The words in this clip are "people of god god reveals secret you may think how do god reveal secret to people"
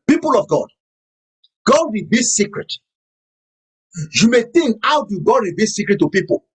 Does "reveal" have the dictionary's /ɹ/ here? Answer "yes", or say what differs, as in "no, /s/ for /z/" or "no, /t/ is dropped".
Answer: no, /w/ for /ɹ/